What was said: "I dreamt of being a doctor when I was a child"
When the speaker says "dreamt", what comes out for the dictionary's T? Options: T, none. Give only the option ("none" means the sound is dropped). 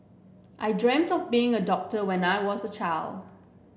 T